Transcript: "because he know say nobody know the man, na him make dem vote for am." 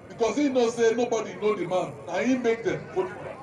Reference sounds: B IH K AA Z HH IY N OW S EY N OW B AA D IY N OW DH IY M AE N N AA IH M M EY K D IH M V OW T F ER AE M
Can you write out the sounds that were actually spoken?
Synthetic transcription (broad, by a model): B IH K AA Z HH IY N OW S EY N OW B AA D IY N OW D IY M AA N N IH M M EY K D IH M F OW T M